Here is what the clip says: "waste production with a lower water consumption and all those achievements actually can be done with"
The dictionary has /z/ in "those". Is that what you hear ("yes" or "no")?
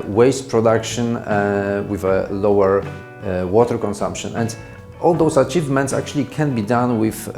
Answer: no